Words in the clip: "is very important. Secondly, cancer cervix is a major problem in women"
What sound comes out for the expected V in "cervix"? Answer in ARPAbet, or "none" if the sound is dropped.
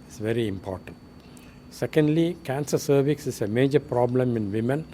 V